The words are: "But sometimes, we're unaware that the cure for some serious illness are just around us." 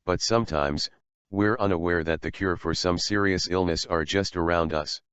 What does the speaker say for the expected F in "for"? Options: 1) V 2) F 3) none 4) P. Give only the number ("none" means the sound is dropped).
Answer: 2